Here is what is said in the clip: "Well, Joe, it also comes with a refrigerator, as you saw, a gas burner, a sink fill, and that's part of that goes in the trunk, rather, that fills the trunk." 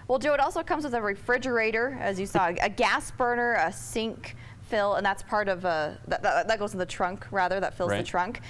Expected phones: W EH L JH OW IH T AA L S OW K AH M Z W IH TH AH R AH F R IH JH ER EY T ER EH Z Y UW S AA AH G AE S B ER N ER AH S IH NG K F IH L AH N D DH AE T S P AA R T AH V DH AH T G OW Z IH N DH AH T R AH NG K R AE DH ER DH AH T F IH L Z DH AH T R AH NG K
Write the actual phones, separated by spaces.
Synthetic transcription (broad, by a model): W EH L JH OW IH T AA L S OW K AH M Z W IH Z AH R AH F R IH JH ER EY T ER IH Z Y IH S AA AH G AE S B ER N ER AH S IH NG K F IH L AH N DH AE T S P AA R T AH V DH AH T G OW IH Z DH AH T R AH NG K R AE DH ER DH AH T F IH L Z DH AH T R AH NG K